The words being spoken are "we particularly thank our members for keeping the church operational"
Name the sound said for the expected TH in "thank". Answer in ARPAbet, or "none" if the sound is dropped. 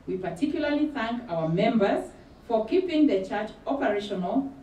TH